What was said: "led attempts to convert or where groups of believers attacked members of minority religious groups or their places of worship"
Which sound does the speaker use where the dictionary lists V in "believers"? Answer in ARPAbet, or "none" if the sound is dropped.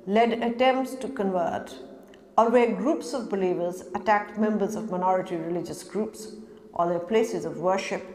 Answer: V